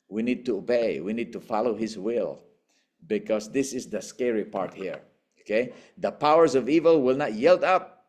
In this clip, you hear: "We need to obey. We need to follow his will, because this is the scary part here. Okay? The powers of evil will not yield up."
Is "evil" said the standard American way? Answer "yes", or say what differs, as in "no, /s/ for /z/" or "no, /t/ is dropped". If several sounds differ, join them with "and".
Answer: yes